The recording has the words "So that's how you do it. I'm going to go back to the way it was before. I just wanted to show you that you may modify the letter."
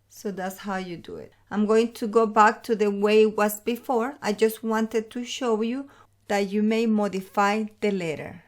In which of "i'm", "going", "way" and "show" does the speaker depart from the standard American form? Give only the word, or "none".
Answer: none